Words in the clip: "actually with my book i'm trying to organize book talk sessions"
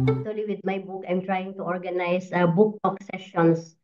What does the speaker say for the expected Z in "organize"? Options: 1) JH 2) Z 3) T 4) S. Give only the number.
4